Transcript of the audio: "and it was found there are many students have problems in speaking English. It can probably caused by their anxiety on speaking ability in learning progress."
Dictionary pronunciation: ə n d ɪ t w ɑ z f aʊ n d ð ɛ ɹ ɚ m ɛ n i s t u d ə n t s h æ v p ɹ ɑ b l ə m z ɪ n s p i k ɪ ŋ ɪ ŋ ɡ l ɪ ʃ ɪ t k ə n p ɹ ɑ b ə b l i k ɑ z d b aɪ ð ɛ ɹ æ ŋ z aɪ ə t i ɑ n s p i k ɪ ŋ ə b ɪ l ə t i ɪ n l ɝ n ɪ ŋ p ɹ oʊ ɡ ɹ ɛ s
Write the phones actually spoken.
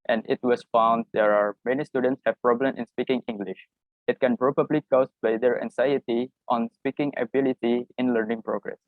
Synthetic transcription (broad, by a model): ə n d ɪ t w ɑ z f aʊ n d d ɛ ɹ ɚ m ɛ n i s t u d ə n t s h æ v p ɹ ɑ b l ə m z ɪ n s p i k ɪ ŋ ɪ ŋ ɡ l ɪ ʃ ɪ t k ə n p ɹ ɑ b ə b l i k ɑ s b aɪ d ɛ ɹ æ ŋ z aɪ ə t i ɑ n s p i k ɪ ŋ ə b ɪ l ə t i ɪ n l ɝ n ɪ ŋ p ɹ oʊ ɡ ɹ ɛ s